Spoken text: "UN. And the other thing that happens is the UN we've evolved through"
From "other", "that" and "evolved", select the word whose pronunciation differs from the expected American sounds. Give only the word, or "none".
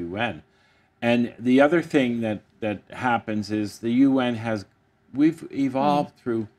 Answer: none